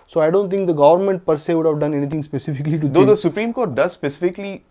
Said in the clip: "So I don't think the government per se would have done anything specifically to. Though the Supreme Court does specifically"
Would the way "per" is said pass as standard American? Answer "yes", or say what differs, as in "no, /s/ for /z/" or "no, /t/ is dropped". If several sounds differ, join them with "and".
yes